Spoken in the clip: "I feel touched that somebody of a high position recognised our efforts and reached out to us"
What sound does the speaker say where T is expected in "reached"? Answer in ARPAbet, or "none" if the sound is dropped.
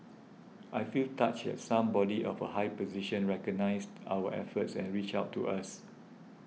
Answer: none